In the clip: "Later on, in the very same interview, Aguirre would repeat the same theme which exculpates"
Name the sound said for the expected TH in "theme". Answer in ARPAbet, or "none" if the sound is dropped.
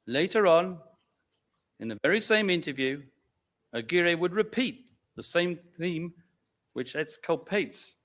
TH